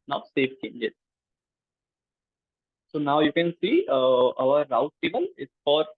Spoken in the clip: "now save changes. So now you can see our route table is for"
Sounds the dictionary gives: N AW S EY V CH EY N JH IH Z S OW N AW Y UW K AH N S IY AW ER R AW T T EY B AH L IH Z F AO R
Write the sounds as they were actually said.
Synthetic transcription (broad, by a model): N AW S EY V CH EY N JH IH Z S OW N AW Y UW K AH N S IY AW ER R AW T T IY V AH N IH S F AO R